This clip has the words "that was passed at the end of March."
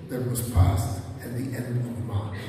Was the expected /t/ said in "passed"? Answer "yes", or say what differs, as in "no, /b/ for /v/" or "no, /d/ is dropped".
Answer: yes